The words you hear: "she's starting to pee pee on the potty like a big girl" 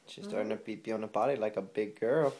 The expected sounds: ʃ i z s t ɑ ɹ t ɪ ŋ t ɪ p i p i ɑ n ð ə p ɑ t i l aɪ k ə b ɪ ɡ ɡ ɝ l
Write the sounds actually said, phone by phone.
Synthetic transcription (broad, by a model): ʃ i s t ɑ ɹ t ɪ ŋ t ɪ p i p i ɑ n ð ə b ɑ t i l aɪ k ə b ɪ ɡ ɡ ɝ l